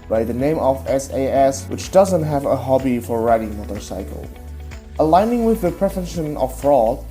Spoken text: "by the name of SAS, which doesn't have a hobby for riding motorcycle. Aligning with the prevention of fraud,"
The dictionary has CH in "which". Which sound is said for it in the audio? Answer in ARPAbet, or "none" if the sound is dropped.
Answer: CH